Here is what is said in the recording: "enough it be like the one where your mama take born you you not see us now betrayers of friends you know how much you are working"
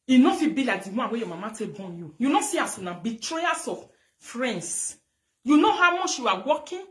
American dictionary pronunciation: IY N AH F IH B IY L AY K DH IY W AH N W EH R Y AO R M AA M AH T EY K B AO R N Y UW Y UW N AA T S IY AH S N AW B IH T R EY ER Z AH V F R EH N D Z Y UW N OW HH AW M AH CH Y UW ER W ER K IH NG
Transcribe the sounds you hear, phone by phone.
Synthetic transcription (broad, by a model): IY N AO F IH B IY L AY K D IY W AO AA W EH Y AO M AA M AH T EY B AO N Y UW Y UW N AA S IY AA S N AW B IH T R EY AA S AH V F R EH N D S Y UW N OW HH AW M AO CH Y UW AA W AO K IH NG